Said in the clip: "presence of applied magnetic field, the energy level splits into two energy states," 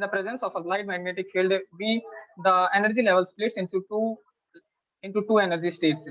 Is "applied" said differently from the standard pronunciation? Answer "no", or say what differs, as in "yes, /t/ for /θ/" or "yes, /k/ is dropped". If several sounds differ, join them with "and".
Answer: yes, /p/ is dropped